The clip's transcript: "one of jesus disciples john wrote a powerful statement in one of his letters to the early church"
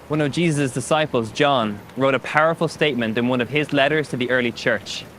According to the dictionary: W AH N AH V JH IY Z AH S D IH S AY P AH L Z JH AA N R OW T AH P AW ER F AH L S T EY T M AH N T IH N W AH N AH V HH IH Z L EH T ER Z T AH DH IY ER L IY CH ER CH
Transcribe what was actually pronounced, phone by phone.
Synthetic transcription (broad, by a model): W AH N AH V JH IY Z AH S D IH S AY P AH L Z JH AA N R OW T AH P AW ER F AH L S T EY T M AH N T IH N W AH N AH V IH Z L EH T ER Z T AH DH IY ER L IY CH ER CH